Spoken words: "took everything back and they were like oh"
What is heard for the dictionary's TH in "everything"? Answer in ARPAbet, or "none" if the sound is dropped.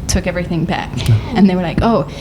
TH